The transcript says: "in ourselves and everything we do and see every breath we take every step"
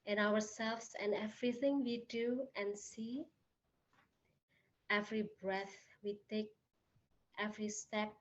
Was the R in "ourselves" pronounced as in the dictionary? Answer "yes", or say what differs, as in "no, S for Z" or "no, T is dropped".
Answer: no, W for R